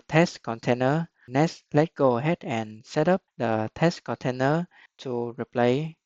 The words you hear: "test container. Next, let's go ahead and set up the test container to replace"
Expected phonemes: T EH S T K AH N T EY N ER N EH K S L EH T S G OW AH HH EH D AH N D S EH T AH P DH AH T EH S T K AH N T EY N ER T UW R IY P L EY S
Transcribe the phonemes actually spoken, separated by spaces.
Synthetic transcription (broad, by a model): T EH S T K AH N T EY N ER N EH S L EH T G OW AH HH EH D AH N S EH T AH P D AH T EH S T K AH N T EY N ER T UW R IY P L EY